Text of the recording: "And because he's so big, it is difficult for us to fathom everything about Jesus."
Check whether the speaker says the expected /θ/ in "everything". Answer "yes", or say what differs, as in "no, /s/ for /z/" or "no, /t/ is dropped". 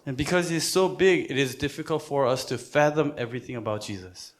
yes